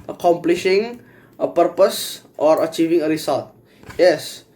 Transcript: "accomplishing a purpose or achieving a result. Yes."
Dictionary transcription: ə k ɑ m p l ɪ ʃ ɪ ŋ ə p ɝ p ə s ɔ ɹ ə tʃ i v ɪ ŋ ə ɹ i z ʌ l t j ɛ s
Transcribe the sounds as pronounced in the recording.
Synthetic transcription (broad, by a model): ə k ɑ m p l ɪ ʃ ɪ ŋ ə p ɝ p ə s ɔ ɹ ə tʃ i v ɪ ŋ ə ɹ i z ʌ l t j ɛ s